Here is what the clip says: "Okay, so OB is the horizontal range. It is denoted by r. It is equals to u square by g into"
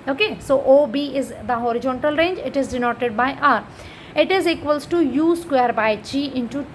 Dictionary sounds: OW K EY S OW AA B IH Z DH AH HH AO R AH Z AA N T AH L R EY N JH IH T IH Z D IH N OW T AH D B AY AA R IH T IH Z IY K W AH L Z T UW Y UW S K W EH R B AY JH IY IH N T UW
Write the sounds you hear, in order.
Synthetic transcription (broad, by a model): OW K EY S OW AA B IH Z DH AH HH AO R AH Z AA N T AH L R EY N JH IH T IH Z D IH N OW T AH D B AY AA R IH T IH Z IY K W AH L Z T UW Y UW S K W EH R B AY CH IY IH N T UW